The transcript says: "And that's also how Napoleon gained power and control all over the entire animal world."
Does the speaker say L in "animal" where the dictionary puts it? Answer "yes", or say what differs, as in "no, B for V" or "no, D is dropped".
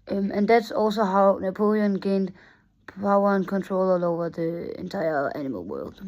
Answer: yes